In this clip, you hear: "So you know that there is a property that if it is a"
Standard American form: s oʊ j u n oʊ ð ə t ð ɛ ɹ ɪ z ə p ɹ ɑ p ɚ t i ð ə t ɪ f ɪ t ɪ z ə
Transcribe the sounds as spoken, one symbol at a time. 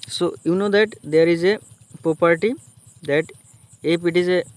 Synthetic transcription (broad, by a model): s oʊ j u n oʊ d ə t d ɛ ɹ ɪ z ə p ɹ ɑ p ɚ t i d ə t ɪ p ɪ t ɪ z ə